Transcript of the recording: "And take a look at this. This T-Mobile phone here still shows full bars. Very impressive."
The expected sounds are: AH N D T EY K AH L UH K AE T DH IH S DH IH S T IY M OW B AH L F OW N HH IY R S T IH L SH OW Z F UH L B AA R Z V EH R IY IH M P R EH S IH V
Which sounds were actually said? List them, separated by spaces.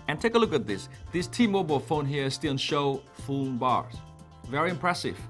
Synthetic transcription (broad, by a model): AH N T EY K AH L UH K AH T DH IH S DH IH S T IY M OW B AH L F OW N HH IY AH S T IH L SH OW F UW N B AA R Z V EH R IY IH M P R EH S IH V